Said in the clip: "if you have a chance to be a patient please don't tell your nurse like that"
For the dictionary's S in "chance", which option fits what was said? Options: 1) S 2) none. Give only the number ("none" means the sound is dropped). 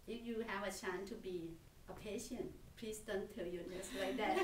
2